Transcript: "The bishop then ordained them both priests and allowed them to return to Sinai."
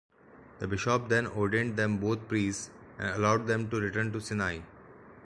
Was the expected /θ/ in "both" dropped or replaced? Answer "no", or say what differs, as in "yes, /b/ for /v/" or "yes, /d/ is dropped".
yes, /t/ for /θ/